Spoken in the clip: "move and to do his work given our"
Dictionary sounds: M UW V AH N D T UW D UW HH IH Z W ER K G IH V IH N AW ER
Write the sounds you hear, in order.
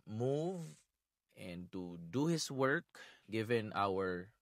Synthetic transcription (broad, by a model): M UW V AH N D T UW D UW HH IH S W ER K G IH V IH N AW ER